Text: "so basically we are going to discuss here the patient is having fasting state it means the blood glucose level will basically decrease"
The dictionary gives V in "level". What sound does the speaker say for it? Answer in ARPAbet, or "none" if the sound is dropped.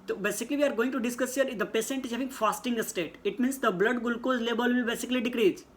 B